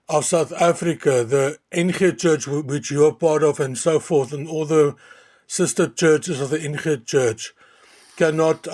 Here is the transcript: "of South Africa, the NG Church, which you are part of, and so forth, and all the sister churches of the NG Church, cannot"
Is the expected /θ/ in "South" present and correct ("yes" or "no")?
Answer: yes